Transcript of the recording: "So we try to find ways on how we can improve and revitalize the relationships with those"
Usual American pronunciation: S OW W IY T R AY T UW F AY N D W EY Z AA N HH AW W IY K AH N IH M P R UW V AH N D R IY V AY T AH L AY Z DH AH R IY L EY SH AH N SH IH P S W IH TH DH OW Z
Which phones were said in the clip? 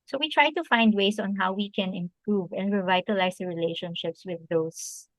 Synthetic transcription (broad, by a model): S OW W IY T R AY T UW F AY N D W EY S AA N HH AW W IY K AH N IH M P R UW V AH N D R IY V AY T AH L AY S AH R IY L EY SH AH N SH IH P S W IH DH OW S